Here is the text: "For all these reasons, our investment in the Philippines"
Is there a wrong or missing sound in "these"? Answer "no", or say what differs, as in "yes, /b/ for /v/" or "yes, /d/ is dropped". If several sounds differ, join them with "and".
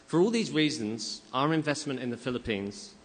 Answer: no